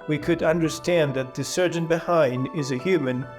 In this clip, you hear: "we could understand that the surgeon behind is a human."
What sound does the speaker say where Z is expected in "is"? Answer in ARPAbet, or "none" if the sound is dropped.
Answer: Z